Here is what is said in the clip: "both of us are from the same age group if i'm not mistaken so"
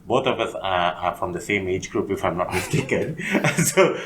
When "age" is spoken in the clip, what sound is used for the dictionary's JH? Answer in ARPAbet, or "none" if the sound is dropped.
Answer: JH